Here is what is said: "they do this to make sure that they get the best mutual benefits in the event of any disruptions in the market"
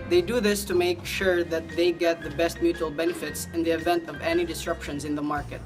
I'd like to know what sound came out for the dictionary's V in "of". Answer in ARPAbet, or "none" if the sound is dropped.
V